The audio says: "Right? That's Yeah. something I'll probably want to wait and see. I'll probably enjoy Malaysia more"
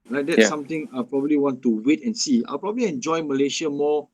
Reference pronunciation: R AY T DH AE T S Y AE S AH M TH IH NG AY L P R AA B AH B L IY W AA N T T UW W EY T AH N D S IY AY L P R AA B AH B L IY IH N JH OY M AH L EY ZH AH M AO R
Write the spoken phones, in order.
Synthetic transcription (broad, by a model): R AY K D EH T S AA M T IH NG AY P R AA B AH B L IY W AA N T T UW W EY T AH N S IY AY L P R AA B AH B L IY IH N JH OY M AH L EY SH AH M AO